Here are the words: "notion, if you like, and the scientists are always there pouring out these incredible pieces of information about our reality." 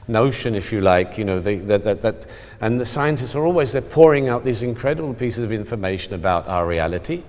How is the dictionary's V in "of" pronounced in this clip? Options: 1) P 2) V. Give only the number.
2